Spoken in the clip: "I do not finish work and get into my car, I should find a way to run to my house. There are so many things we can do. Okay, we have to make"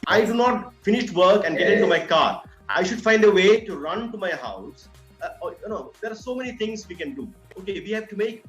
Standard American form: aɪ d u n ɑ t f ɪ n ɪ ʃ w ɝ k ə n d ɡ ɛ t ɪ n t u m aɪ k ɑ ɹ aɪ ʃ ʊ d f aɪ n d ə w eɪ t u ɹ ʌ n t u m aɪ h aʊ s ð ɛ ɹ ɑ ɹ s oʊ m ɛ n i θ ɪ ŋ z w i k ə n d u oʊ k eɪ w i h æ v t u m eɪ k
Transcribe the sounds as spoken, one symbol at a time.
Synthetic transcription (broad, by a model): aɪ d u n ɑ t f ɪ n ɪ ʃ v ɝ k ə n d ɡ ɛ t ɪ n t u m aɪ k ɑ ɹ aɪ ʃ ʊ d f aɪ n d ə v eɪ t u ɹ ʌ n t u m aɪ h aʊ s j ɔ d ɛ ɹ s oʊ m ɛ n i t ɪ ŋ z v i k ə n d u oʊ k eɪ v i h æ v t u m eɪ k